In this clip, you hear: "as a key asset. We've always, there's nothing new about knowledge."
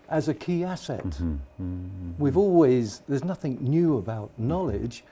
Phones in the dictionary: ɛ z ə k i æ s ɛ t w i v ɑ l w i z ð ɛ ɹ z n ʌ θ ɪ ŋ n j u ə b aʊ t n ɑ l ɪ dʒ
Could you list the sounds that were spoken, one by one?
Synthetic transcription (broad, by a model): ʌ z ə k i æ s ɛ t w i v ɑ l w i z ð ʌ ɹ z n ʌ θ ɪ ŋ n j u ə b aʊ t n ɑ l ɪ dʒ